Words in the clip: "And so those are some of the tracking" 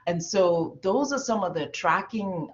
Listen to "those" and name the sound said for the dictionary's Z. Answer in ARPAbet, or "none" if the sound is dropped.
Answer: Z